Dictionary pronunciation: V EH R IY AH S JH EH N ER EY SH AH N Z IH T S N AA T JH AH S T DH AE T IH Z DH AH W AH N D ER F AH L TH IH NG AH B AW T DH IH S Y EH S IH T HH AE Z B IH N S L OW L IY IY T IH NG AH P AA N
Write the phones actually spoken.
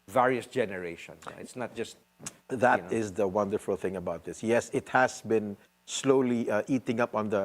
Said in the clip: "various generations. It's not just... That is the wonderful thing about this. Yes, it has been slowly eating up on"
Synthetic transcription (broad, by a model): V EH R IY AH S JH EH N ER EY SH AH N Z IH T S N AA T JH AH S T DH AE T IH Z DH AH W AH N D ER F AH L TH IH NG AH B AW T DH IH S Y EH S IH T HH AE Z B IH N S L OW L IY IY T IH NG AH P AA N